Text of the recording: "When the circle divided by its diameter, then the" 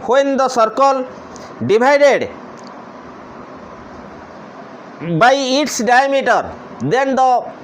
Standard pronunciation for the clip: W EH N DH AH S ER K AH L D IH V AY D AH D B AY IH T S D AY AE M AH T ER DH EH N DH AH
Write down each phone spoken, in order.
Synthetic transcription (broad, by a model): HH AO N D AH S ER K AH L D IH B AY D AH D B AY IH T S D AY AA M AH T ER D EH N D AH